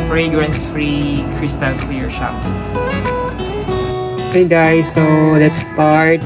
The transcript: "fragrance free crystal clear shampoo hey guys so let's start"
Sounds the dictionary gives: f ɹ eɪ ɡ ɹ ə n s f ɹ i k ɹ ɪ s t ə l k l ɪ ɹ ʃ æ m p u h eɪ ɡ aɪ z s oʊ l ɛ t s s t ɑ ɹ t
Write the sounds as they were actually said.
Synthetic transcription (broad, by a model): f ɹ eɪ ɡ ɹ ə n s f ɹ i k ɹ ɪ s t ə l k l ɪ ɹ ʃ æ p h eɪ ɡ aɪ s oʊ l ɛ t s s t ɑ ɹ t